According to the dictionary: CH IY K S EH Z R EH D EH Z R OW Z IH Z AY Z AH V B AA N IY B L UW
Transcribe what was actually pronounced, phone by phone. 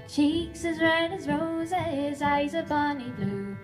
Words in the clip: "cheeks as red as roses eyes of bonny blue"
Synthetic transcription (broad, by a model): CH IY K S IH Z R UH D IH Z R OW Z IH Z AY Z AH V B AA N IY B L UW